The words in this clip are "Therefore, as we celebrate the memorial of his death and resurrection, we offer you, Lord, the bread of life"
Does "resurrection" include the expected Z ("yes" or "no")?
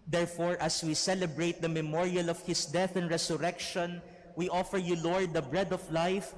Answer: no